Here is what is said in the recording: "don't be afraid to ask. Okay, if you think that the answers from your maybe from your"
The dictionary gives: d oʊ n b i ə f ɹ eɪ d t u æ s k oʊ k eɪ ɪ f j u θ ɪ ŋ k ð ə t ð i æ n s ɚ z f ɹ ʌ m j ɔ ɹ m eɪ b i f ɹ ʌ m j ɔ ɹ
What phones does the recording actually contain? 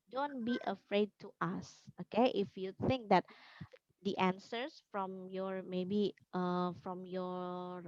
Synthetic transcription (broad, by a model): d oʊ n b i ə f ɹ eɪ d t u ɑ s oʊ k eɪ ɪ f j u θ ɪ ŋ k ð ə t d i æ n s ɚ s f ɹ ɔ m j ɔ ɹ m eɪ b i f ɹ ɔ m j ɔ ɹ